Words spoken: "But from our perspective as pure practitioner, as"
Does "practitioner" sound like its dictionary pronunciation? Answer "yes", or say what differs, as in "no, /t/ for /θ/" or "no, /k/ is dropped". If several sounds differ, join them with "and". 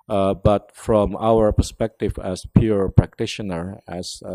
yes